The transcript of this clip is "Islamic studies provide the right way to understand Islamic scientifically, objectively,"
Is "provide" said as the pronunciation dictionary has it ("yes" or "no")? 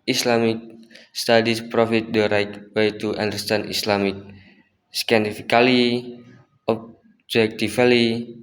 no